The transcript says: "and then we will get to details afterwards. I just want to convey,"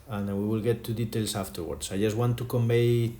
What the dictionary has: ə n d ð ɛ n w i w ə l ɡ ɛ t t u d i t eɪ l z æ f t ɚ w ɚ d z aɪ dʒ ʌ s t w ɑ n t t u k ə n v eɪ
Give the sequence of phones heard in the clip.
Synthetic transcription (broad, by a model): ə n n w i w ə l ɡ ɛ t t u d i t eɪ l s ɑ f t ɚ w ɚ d s aɪ dʒ ʌ s t w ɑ n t t u k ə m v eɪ